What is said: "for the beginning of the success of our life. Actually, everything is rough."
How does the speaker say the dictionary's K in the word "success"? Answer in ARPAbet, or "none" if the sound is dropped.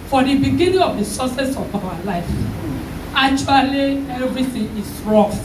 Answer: none